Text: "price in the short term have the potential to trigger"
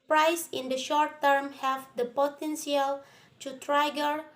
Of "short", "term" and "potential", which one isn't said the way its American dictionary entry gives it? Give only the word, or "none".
potential